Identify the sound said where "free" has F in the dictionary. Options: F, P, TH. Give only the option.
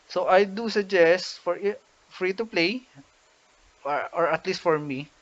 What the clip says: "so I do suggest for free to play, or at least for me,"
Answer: F